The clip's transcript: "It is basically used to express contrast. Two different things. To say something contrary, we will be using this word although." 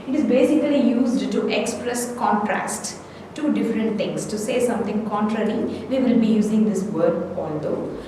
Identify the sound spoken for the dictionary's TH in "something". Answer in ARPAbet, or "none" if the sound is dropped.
T